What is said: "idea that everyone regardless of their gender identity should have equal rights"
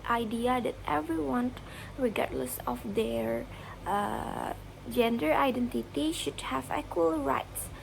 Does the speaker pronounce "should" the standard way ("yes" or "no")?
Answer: yes